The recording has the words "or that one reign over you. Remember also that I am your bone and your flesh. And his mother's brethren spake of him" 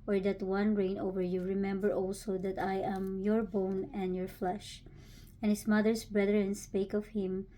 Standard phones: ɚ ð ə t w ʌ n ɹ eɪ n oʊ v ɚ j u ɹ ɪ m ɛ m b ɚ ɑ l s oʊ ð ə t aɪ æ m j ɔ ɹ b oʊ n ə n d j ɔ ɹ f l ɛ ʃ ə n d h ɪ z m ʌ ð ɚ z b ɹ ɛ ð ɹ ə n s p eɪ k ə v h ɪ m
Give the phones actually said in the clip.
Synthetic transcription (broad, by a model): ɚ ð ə t w ʌ n ɹ eɪ n oʊ v ɚ j u ɹ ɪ m ɛ m b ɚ ɑ l s oʊ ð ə t aɪ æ m j ɔ ɹ b oʊ n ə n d j ɔ ɹ f l ɛ ʃ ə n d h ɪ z m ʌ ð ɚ s b ɹ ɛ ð ɹ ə n s p eɪ k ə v h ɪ m